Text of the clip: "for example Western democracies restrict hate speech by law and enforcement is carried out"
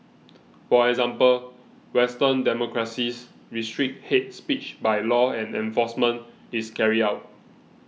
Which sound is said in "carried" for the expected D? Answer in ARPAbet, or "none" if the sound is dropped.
none